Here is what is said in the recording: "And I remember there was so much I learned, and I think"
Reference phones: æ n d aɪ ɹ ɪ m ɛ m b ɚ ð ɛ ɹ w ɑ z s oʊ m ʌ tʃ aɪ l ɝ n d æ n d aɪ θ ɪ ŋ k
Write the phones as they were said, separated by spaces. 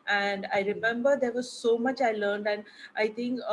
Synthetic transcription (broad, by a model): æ n d aɪ ɹ ɪ m ɛ m b ɚ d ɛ ɹ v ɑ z s oʊ m ʌ tʃ aɪ l ɝ n d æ n d aɪ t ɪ ŋ k